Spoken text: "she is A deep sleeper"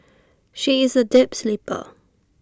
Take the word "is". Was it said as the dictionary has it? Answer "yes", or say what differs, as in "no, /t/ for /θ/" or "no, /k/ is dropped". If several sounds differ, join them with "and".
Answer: yes